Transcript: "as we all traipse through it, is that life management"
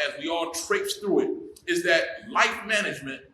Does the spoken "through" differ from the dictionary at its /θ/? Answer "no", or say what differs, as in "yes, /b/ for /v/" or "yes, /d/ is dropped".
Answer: no